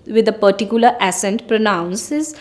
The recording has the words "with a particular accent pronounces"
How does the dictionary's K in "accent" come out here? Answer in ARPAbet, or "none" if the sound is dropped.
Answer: none